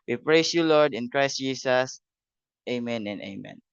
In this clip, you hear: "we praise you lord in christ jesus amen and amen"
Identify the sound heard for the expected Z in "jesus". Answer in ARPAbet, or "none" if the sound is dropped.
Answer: S